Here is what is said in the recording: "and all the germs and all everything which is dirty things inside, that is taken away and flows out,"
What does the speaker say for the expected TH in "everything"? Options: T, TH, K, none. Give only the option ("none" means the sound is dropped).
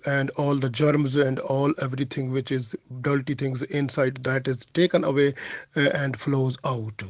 T